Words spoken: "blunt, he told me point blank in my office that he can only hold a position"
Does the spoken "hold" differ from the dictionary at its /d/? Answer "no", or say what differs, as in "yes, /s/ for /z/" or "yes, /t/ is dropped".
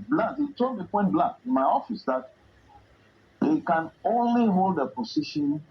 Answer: no